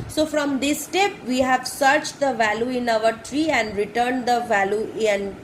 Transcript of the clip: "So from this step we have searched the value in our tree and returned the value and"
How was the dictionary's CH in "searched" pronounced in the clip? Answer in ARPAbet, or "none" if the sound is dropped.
CH